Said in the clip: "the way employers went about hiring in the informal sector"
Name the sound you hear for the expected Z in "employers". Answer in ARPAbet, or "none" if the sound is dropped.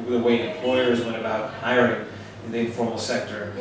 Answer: Z